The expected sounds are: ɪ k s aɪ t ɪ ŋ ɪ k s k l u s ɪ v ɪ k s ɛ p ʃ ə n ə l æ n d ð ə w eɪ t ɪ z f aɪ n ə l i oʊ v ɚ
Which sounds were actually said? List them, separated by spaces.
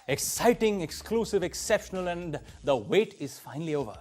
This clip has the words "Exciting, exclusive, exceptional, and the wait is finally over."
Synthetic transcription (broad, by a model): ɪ k s aɪ t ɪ ŋ ɪ k s k l u s ɪ v ɪ k s ɛ p ʃ ə n ə l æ n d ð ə w eɪ t ɪ z f aɪ n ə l i oʊ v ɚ